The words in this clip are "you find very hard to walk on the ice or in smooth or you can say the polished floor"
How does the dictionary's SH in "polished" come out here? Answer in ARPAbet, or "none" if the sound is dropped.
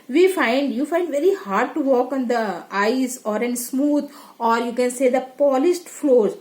S